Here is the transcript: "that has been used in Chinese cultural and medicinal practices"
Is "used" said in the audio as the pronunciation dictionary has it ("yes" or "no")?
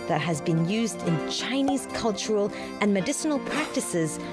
yes